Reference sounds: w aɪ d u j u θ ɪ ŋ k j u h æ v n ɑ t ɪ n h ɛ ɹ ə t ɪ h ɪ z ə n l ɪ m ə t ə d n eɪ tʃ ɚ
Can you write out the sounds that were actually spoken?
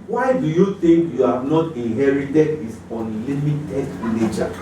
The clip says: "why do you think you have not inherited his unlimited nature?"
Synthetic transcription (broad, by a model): w aɪ d u j u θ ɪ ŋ k j u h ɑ v n ɑ t ɪ n h ɛ ɹ ə t ɪ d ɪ s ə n l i m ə t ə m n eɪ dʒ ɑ